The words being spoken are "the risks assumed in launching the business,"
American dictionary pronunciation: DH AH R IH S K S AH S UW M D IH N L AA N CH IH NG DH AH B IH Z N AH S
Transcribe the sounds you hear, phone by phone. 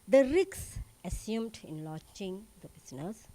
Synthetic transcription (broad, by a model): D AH R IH K S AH S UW M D IH N L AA CH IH NG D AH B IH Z N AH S